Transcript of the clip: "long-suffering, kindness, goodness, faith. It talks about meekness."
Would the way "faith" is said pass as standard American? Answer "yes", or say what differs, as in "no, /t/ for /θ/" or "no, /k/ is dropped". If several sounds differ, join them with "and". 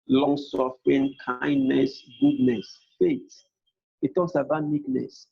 no, /t/ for /θ/